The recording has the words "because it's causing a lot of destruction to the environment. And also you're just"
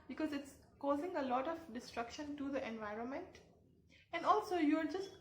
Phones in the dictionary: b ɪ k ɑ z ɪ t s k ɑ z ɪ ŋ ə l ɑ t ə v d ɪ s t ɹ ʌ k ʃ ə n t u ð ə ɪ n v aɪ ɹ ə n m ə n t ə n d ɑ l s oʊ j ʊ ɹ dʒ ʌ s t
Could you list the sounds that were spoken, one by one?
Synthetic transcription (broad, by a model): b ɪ k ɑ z ɪ t s k ɑ z ɪ ŋ ə l ɑ t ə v d ɪ s t ɹ ʌ k ʃ ə n t u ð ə ɪ n v aɪ ɹ ə n m ə n t ə n d ɑ l s oʊ j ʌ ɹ dʒ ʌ s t